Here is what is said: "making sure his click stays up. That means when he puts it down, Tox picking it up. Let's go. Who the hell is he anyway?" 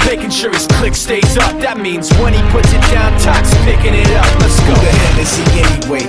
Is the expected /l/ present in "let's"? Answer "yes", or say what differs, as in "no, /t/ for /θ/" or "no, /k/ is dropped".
no, /n/ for /l/